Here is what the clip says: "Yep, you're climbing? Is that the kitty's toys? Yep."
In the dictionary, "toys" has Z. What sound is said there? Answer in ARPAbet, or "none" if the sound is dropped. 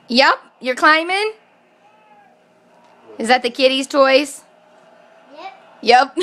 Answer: S